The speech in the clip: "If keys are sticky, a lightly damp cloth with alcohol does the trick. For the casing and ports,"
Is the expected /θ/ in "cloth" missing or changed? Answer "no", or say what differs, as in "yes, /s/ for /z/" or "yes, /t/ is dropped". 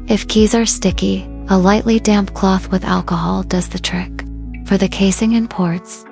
no